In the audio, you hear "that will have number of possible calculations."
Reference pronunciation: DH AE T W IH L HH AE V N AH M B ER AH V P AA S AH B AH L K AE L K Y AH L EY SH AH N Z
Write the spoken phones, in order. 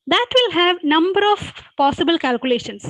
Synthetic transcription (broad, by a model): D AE T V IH L HH AE V N AH M B ER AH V P AA S AH B AH L K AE L K Y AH L EY SH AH N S